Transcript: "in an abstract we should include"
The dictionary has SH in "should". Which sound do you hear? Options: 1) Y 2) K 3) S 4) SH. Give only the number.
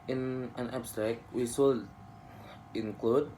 3